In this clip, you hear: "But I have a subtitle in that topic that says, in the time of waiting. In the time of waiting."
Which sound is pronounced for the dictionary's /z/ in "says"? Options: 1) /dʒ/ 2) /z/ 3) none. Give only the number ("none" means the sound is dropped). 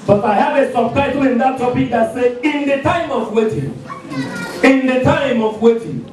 3